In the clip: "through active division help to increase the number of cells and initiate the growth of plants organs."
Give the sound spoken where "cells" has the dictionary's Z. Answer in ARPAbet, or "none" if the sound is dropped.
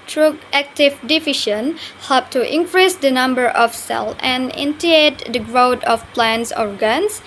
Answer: none